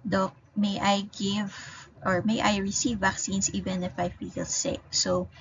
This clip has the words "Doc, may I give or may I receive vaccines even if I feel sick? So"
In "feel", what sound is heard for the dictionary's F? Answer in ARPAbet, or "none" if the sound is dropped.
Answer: P